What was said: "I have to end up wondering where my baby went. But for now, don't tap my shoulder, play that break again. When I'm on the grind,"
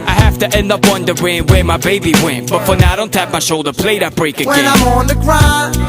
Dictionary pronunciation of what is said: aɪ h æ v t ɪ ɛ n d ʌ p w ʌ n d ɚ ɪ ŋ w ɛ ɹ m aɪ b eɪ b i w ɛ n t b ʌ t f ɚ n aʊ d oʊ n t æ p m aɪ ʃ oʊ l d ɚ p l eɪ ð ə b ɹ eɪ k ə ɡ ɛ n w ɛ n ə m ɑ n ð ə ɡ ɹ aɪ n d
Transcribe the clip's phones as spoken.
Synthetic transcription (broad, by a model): aɪ h æ f t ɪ ɛ n d ʌ p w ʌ n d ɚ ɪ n w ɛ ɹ m aɪ b eɪ b i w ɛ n b ʌ t f ɚ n aʊ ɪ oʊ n t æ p m aɪ ʃ oʊ l d ɚ p l eɪ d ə b ɹ eɪ k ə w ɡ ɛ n ə m ɑ n ð ə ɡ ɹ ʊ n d